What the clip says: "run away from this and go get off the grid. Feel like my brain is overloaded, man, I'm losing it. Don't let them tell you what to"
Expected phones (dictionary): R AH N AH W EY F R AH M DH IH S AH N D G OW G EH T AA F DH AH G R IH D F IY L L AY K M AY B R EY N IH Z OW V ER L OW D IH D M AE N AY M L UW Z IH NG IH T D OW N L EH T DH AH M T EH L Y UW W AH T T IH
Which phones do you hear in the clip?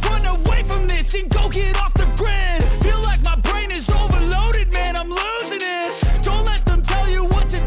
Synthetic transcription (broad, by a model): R AH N AH W EY F R AH M DH IH S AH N G OW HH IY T AA F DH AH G R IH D F IY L L AY K M AY B R EY N IH Z OW V ER L OW D IH D M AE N AY M L UW Z IH NG IH T D OW N L EH T DH AH M T EH L Y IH W AH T T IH